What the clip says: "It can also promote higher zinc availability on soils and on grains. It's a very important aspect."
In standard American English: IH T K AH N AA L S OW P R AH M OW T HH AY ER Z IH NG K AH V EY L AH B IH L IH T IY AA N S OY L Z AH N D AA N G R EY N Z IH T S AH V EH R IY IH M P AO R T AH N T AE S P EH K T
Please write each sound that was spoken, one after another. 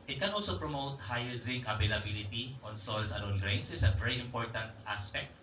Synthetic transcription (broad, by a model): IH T K AH N AA L S OW P R AH M OW T HH AY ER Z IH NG AH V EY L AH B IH L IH T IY AA N S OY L S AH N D AA N G R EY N S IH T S AH V EH R IY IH M P AO R T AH N T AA S P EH K T